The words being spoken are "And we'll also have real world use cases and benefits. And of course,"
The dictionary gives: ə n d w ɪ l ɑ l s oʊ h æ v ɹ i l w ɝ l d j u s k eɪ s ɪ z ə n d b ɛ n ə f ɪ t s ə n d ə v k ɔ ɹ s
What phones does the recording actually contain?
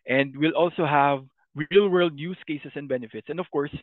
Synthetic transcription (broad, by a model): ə n d w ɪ l ɑ l s oʊ h æ v ɹ i l w ɝ l d j u s k eɪ s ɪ s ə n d b ɛ n ə f ɪ t s ə n d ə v k ɔ ɹ s